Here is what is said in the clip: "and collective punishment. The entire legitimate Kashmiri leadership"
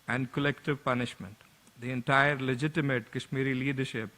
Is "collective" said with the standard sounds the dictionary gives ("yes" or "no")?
yes